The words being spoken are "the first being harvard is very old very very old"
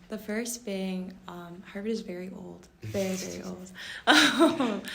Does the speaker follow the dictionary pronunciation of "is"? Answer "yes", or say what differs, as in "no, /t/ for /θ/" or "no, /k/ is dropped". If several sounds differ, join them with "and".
yes